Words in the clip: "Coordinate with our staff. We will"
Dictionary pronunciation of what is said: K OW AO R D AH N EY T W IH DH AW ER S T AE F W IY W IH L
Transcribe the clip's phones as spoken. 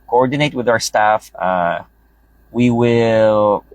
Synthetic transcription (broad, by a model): K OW AO R D N EY T W IH DH AW ER S T AE F W IY W IH L